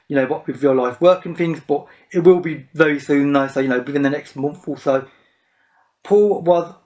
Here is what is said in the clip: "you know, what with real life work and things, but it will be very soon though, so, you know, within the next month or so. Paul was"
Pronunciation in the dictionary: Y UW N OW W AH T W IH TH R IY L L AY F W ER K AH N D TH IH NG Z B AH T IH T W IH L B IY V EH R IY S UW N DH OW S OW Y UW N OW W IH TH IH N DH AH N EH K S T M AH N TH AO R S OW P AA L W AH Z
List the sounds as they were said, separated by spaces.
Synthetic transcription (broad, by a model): Y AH N OW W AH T W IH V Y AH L L AY F W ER K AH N TH IH NG Z B AH T IH T W IH L B IY V EH R IY S UW N DH OW S OW Y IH N OW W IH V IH N DH AH N EH K S T M AH N TH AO L S OW P AA L W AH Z